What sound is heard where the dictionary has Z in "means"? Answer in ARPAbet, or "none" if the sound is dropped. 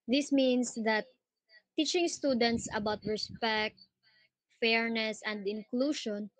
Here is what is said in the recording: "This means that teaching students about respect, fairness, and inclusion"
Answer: S